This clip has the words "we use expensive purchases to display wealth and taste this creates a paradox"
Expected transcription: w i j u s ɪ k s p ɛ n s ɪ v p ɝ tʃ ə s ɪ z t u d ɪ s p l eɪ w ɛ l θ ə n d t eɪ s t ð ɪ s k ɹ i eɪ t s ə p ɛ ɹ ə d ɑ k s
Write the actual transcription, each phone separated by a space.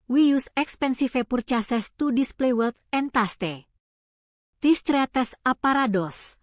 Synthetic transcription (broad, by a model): w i j u s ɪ k s p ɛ n s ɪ f p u tʃ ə s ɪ s t u d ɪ s p l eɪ w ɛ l t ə n t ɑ s t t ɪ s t ɹ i t s ə p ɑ ɹ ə d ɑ s